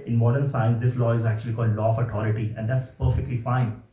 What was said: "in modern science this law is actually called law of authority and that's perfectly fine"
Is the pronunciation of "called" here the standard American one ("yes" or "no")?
yes